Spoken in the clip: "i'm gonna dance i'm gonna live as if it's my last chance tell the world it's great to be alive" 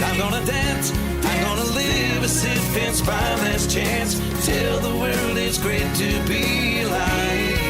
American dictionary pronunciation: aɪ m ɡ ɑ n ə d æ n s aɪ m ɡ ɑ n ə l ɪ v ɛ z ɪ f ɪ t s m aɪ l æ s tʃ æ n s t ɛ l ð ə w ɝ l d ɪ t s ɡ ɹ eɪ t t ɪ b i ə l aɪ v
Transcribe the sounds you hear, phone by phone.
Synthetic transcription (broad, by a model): aɪ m ɡ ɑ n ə d æ n s aɪ m ɡ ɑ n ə l ɪ v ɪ s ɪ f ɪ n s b aɪ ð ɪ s tʃ æ n s t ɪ l ð ə w ɝ l d ɪ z ɡ ɹ eɪ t t ɪ b i l aɪ